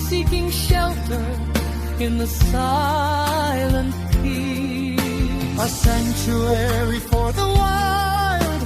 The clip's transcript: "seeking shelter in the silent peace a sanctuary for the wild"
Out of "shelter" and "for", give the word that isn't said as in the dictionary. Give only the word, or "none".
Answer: none